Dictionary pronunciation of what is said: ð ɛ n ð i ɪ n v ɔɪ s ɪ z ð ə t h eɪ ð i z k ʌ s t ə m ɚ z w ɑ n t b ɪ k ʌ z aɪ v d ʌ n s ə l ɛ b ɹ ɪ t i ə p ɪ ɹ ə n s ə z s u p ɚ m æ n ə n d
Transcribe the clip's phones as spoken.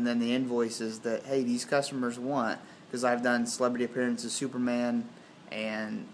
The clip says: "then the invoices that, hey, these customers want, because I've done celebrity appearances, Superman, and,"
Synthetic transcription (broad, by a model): ð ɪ n ð i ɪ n v ɔɪ s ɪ z ð ə t h eɪ ð i z k ʌ s t ə m ɚ z w ɑ n t k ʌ z aɪ v d ʌ n s ə l ɛ b ɹ ɪ t i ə p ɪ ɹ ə n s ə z s u p ɚ m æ n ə n